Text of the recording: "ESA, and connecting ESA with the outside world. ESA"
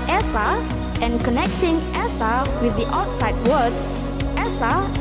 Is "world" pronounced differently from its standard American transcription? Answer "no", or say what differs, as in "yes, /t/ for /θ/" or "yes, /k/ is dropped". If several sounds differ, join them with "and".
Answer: yes, /l/ is dropped